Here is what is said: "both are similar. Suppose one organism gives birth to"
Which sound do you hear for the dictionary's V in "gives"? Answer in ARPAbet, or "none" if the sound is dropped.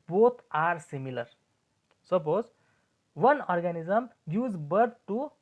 none